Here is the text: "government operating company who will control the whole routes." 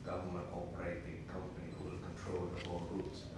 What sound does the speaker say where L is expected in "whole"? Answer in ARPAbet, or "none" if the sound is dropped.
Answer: N